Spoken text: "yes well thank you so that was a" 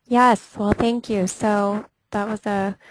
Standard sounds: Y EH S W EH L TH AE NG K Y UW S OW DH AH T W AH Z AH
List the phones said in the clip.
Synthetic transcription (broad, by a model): Y EH S W EH L TH AE NG K Y UW S OW DH AH T W AH Z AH